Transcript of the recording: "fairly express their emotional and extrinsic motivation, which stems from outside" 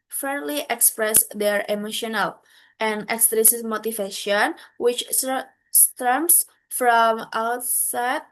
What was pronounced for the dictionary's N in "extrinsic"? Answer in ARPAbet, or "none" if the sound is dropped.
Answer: none